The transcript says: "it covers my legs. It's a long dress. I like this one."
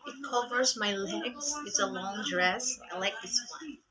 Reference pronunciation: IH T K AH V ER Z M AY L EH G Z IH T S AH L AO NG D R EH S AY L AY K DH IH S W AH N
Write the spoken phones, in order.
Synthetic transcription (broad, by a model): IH T K AH V ER Z M AY L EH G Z IH T S AH L AO NG D R EH S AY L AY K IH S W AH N